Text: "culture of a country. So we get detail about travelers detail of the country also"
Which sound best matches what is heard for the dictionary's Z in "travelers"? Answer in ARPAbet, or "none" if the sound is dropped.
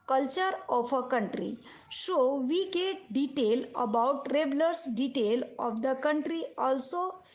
S